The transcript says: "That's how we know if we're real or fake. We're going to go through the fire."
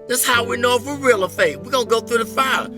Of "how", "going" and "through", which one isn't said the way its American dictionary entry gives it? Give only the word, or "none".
none